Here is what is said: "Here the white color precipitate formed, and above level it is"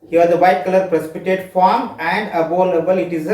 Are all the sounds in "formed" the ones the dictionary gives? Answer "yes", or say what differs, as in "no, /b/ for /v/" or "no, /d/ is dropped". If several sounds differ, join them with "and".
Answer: no, /d/ is dropped